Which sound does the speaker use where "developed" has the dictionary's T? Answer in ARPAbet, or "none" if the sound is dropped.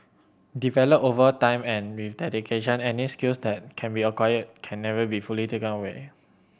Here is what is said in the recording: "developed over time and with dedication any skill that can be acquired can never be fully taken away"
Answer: none